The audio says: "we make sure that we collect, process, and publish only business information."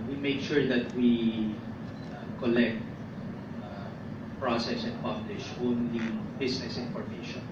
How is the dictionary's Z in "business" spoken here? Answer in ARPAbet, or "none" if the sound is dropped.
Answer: S